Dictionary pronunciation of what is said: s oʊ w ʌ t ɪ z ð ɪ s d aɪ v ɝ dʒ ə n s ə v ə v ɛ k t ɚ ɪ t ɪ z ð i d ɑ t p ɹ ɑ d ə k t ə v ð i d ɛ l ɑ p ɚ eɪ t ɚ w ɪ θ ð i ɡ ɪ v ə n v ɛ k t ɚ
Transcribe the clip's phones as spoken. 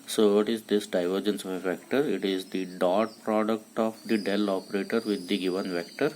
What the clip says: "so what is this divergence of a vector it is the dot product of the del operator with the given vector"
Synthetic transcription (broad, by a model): s oʊ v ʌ t ɪ z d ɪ s d aɪ v ɝ dʒ ə n s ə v ə v ɛ k t ɚ ɪ t ɪ z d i d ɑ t p ɹ ɑ d ə k t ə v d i d ɛ l ɑ p ɚ eɪ t ɚ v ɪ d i ɡ ɪ v ə n v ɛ k t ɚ